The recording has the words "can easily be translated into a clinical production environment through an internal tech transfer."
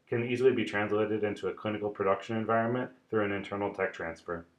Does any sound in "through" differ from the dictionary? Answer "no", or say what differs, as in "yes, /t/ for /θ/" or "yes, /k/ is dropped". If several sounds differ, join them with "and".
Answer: no